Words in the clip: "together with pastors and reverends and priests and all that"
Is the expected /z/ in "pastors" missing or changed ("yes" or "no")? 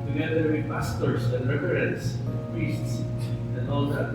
yes